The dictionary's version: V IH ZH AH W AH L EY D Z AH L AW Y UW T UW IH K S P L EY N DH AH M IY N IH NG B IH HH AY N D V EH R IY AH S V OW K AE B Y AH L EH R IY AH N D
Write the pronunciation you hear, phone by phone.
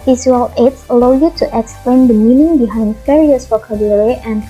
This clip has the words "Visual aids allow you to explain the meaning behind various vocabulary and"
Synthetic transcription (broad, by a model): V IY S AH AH L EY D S AH L AW Y UW T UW IH K S P L EY N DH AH M IY N IH NG B IH HH AY N D F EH R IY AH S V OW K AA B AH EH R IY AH N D